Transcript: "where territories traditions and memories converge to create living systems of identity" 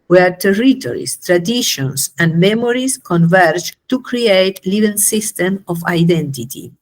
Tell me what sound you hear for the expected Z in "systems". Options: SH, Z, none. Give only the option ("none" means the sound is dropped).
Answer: none